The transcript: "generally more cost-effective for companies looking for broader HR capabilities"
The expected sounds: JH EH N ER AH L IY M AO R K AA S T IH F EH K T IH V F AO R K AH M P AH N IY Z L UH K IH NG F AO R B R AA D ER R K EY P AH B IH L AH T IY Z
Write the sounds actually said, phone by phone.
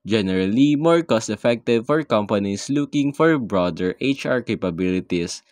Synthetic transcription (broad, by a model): JH EH N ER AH L IY M AO R K AA S T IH F EH K T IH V F AO R K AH M P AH N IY S L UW K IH NG F AO R B R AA D ER R K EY P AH B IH L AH T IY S